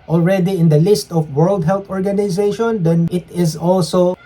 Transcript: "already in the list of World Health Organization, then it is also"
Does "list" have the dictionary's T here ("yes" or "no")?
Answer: yes